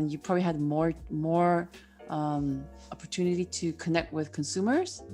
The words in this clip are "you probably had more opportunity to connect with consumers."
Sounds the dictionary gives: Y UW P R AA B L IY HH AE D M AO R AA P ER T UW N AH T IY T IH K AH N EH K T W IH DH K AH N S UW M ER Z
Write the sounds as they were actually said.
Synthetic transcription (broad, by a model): Y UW P R AA B L IY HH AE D M AO R AA P ER T UW N AH T IY T IH K AH N EH K T W IH DH K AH N S UW M ER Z